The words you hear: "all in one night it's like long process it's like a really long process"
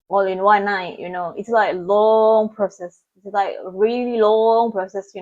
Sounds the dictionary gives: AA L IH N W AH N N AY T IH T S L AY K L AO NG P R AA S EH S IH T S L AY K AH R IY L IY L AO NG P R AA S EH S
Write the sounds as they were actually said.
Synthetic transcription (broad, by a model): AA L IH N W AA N N AY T IH T S L AY K L AO NG P R AA S EH S IH T S L AY K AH R IY L IY L AO NG P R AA S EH S